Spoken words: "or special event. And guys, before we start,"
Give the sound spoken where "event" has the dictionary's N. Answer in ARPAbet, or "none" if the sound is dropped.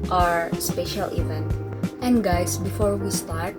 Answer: N